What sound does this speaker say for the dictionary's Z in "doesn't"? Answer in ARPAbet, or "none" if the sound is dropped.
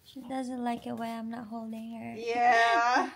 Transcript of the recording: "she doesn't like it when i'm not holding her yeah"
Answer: Z